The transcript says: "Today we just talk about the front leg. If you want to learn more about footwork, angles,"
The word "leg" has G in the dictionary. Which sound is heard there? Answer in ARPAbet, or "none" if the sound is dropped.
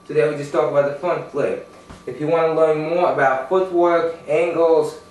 none